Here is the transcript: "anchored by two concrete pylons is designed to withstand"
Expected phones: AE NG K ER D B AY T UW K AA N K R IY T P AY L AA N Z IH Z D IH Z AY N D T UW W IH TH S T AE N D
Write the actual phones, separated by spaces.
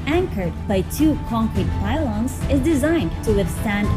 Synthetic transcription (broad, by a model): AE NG K ER D B AY T UW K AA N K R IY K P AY L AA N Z IH Z D IH Z AY N D T UW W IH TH S T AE N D